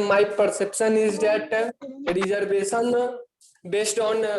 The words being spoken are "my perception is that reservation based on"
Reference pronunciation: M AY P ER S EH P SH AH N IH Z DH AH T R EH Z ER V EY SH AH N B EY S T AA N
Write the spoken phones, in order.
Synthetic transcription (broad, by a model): M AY P ER S EH P SH AH N IH Z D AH T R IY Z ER B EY S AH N B EY S T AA N